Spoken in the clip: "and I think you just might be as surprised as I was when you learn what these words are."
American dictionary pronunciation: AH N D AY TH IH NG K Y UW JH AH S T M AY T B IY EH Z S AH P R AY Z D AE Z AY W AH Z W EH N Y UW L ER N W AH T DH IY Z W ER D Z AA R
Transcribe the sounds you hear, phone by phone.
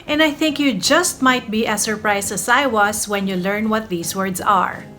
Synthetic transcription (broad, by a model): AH N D AY TH IH NG K Y UW JH AH S T M AY T B IY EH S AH P R AY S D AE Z AY W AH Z W EH N Y UW L ER N W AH T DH IY S W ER D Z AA R